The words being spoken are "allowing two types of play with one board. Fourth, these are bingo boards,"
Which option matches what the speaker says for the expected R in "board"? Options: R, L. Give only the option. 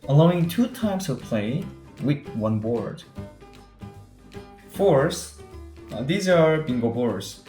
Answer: R